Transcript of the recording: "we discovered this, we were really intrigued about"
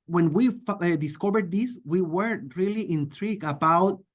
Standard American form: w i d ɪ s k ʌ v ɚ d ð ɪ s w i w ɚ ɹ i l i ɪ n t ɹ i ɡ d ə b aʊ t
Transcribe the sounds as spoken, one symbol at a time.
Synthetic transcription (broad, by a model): w i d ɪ s k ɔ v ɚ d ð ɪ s w i w ɚ ɹ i l i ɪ n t ɹ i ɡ ə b aʊ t